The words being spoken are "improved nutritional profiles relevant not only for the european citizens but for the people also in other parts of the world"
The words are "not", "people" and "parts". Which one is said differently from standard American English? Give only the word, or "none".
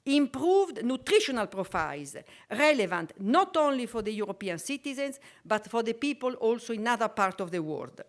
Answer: parts